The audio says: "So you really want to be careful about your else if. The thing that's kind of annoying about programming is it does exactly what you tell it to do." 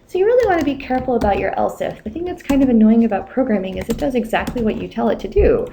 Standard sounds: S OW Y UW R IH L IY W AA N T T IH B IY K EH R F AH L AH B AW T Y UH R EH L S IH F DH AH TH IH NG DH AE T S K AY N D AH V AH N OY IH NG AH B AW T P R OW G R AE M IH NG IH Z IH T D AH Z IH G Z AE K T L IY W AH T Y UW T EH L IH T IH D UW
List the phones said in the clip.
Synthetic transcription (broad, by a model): S OW Y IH R IH L IY W AA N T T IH B IY K EH R F L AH B AW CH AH R EH L S IH F DH AH TH IH NG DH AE T S K AY N D AH V AH N OY IH NG AH B AW T P R OW G R AE M IH NG IH Z IH T D AH Z IH G Z AE K T L IY W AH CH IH T EH L IH T IH D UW